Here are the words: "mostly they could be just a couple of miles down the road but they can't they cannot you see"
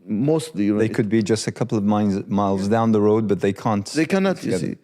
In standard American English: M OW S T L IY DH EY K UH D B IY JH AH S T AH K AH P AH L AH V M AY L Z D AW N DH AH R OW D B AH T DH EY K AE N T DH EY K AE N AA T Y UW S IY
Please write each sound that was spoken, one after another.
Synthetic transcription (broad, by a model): M OW S T L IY DH EY K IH D B IY JH AH S T AH K AH P L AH V M AY L Z D AW N DH AH R OW D B AH T DH EY K AE N T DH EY K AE N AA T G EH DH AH